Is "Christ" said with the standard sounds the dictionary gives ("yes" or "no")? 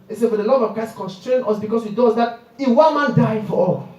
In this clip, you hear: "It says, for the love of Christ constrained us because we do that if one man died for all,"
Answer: no